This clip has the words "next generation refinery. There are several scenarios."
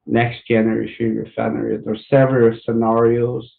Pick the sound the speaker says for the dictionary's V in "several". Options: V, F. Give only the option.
V